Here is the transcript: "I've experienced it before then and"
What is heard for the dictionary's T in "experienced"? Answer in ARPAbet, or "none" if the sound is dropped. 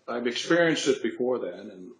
T